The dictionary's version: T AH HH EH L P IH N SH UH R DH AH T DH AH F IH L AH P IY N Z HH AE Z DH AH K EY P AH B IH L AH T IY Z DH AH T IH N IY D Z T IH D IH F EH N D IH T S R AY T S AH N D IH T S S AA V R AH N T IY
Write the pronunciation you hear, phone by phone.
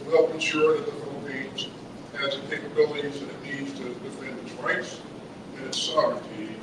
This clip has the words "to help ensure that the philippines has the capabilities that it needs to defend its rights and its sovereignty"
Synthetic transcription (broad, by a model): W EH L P IH N SH UH R DH AH T DH AH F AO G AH IH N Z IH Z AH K EY P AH B IH L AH T IY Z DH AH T IH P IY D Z T IH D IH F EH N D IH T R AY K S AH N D IH T S S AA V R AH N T IY